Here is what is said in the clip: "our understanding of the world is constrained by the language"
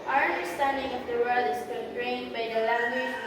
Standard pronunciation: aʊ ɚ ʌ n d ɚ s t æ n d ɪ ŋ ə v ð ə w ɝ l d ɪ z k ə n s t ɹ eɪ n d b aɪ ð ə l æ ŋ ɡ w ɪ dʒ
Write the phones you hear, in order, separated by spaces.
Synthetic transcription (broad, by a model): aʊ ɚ ʌ n d ɚ s t æ n d ɪ ŋ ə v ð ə w ɝ l d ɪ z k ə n t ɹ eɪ n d b aɪ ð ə l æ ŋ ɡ w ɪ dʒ